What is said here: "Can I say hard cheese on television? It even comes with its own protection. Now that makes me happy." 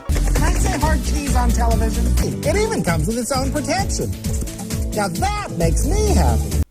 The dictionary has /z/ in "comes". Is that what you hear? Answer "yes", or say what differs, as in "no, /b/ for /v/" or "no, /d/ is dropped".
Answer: yes